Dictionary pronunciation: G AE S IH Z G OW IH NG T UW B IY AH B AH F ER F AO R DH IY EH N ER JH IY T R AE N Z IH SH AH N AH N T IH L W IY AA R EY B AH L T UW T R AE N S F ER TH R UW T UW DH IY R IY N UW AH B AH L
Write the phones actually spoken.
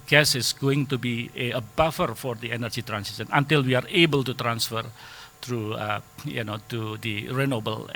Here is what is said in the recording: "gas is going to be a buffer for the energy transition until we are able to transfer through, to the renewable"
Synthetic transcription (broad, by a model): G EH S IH S G OW IH NG T UW B IY AH B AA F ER F AO R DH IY EH N ER JH IY T R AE N S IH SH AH N AH N T IH L W IY AA R EY B AH L T UW T R AE N S F ER T R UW T UW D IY R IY N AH B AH L